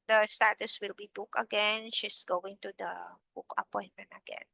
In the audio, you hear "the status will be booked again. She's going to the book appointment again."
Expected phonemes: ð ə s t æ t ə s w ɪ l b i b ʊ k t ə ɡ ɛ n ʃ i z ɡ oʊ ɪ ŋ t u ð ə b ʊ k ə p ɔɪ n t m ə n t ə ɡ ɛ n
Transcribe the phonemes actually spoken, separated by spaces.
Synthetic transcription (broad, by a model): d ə s t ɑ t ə s w ɪ l b i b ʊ k ə ɡ ɛ n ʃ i s ɡ oʊ ɪ ŋ t u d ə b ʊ k ə p ɔɪ n t m ə n t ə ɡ ɛ n